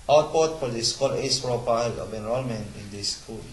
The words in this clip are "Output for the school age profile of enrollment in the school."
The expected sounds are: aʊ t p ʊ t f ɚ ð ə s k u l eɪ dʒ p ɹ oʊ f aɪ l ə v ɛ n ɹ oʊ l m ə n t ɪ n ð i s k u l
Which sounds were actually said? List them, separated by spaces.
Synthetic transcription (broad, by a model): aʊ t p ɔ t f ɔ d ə s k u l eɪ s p ɹ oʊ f aɪ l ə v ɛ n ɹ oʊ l m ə n ɪ n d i s k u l